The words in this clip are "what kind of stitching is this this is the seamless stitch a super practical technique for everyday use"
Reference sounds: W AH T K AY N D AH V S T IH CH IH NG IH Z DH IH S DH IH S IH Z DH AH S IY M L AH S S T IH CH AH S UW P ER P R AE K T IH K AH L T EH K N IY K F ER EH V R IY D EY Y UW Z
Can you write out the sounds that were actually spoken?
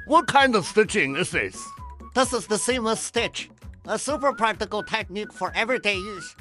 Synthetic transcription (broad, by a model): W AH T K AY N D AH V S T IH CH IH NG IH Z DH IH S DH IH S IH Z DH AH S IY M AH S S T IH CH AH S UW P ER P R AE K T IH K AH L T EH K N IY K F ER EH V R IY D EY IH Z